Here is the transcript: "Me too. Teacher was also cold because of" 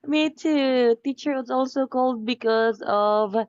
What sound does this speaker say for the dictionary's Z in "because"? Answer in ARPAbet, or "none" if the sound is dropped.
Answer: Z